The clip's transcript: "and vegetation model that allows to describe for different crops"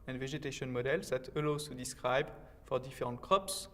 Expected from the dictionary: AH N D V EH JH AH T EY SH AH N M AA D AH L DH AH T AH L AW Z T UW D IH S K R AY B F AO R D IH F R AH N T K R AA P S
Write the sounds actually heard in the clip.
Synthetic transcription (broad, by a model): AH N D V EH ZH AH T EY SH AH N M AA D AH L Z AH T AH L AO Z T UW D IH S K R AY B F AO R D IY F R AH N T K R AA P S